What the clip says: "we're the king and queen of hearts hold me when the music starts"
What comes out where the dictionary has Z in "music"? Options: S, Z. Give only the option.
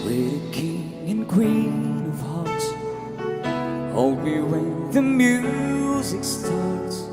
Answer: Z